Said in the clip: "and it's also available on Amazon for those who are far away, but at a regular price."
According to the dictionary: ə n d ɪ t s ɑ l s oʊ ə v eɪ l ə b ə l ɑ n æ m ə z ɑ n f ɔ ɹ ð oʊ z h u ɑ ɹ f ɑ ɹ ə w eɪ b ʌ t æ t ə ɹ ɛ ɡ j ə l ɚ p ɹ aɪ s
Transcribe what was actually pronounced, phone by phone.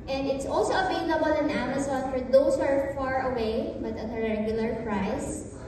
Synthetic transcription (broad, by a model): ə n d ɪ t s ɑ l s oʊ ə v eɪ l ə b ə l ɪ n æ m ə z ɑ n f ɔ ɹ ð oʊ s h ɑ ɹ f ɑ ɹ ə w eɪ b ʌ t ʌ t ə ɹ ɛ ɡ j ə l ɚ p ɹ aɪ s